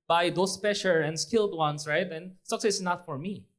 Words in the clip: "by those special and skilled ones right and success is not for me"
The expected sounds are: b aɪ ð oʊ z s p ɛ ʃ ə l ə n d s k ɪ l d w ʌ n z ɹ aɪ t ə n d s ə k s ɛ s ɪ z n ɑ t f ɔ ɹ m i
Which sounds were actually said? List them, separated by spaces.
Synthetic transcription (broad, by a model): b aɪ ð oʊ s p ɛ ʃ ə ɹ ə n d s k ɪ l d w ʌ n s ɹ aɪ t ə n s ə k s ɛ s n ɑ t f ɔ ɹ m i